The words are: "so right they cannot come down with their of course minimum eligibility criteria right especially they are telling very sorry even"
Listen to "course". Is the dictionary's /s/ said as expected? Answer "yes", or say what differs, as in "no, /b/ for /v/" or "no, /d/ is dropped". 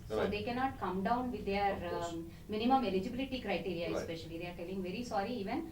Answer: no, /s/ is dropped